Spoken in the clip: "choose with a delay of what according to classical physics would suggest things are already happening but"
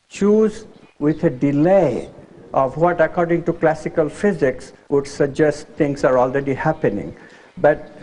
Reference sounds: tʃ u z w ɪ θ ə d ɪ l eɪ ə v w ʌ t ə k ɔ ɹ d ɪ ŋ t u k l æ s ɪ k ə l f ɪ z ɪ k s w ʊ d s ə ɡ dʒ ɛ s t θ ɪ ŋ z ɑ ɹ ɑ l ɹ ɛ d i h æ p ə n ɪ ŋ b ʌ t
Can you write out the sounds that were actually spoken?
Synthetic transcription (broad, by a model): tʃ u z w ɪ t ə d ɪ l eɪ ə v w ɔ t ə k ɔ ɹ d ɪ ŋ t u k l æ s ɪ k ə l f ɪ z ɪ k s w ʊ d s ə ɡ dʒ ɛ s t t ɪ ŋ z ɑ ɹ ɑ l ɹ ɛ d i h æ p ə n ɪ ŋ b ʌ t